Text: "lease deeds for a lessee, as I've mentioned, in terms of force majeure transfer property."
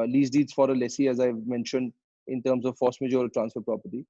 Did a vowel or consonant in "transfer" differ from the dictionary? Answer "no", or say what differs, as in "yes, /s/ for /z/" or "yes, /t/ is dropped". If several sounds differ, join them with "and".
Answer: no